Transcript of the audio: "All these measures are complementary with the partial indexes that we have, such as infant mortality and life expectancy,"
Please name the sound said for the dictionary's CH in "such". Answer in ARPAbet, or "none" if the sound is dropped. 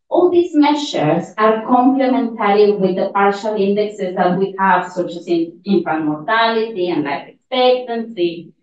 S